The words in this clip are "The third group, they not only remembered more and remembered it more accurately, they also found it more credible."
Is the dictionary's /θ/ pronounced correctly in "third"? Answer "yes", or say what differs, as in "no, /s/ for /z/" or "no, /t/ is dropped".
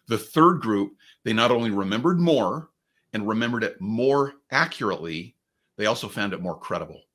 yes